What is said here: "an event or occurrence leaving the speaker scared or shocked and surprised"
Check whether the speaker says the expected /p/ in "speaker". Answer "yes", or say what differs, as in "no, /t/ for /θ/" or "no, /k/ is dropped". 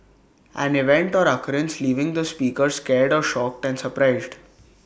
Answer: yes